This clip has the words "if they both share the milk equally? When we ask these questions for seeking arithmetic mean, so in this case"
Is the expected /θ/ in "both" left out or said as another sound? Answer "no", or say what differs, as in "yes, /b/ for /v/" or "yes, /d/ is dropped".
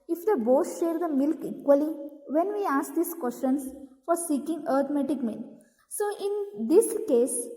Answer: yes, /s/ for /θ/